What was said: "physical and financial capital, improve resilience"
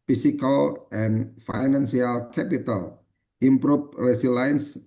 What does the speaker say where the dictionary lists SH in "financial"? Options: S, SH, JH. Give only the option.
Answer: S